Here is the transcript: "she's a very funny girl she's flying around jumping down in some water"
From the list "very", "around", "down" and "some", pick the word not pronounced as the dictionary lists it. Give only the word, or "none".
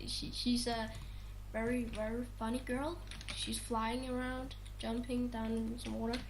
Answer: down